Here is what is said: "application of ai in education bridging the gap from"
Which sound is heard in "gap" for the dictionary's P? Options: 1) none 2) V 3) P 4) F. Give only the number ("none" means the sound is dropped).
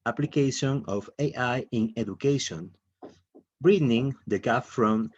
4